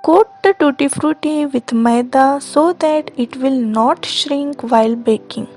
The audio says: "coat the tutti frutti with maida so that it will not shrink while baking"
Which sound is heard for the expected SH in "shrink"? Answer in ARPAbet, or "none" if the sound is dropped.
SH